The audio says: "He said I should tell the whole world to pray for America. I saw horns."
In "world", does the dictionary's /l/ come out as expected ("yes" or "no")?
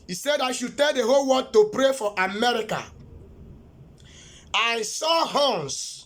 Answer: no